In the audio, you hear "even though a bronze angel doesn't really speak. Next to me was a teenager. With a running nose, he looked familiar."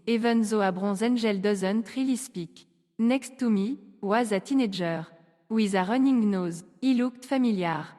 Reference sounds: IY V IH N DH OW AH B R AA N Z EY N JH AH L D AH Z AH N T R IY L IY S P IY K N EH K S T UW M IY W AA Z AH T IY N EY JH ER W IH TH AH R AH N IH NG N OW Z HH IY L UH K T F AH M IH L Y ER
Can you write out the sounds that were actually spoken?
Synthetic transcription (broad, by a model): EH V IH N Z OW AH B R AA Z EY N ZH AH L D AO Z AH N T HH IY L IY S P IY K N EH K S T UW M IY W AA Z AH T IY N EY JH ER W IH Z AH R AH N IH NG N OW Z IY L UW K T F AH M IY L Y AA